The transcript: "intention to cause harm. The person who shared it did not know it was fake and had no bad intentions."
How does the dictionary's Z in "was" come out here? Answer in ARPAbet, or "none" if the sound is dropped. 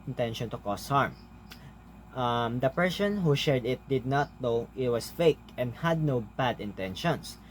S